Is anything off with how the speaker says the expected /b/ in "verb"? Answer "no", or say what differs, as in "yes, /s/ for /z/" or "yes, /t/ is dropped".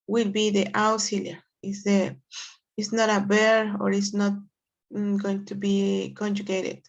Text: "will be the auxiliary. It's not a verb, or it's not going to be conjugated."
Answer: yes, /b/ is dropped